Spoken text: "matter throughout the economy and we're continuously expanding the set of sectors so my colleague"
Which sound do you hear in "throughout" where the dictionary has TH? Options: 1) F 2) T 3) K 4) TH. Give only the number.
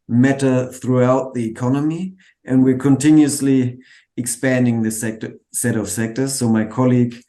4